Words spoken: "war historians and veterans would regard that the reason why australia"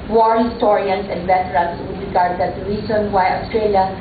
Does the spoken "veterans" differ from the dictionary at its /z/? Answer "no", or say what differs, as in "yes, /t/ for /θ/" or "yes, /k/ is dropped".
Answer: yes, /s/ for /z/